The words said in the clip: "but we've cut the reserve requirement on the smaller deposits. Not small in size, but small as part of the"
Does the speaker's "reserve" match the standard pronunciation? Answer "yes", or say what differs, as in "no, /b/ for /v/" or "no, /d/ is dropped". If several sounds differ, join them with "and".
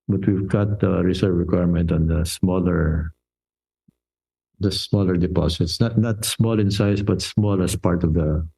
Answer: no, /s/ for /z/